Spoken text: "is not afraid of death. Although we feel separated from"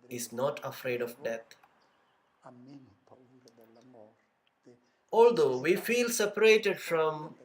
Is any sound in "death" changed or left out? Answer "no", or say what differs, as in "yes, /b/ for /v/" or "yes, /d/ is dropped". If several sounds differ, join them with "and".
yes, /t/ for /θ/